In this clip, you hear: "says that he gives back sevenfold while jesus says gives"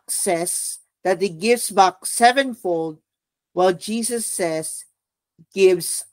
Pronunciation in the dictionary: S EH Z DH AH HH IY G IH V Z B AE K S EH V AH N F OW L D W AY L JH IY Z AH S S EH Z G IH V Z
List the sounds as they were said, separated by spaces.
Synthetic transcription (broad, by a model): S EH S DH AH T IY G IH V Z B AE K S EH V AH N F OW L D W AY L JH IY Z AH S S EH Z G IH V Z